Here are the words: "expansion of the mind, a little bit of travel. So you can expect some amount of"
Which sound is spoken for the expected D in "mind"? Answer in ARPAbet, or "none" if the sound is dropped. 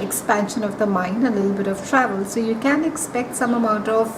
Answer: none